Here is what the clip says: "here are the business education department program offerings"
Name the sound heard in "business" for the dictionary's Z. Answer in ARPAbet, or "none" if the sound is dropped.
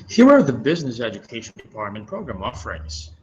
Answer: Z